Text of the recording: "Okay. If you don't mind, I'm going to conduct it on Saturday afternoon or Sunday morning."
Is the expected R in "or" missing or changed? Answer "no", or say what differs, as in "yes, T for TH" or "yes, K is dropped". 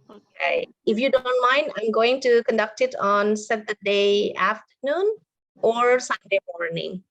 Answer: no